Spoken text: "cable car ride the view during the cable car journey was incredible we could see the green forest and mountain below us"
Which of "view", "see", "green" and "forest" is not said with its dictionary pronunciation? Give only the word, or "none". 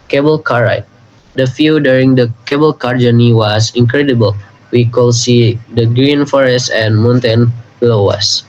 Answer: view